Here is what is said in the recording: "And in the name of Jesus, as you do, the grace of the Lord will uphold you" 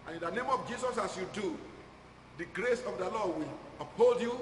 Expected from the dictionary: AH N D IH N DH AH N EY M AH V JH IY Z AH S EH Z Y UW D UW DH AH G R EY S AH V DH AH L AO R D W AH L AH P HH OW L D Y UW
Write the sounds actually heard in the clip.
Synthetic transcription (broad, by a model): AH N IH N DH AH N EY M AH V JH IY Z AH S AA S Y UW D UW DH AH G R EY S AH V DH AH L AO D W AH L AH P HH OW L D Y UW